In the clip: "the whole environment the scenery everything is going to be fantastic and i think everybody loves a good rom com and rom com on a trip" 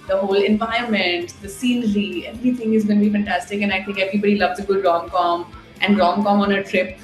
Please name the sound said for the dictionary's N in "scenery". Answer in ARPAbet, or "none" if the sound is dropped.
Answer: L